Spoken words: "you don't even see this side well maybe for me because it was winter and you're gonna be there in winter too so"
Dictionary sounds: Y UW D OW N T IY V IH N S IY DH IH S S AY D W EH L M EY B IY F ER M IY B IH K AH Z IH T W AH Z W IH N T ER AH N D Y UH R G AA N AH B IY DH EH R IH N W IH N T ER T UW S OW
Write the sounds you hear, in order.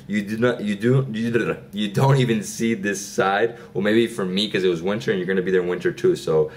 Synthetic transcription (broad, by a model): Y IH D OW N T IY V IH N S IY DH IH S S AY D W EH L M EY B IY F ER M IY K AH Z IH T W AH Z W IH N T ER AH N Y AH R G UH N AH B IY DH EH R IH N W IH N T ER T UW S OW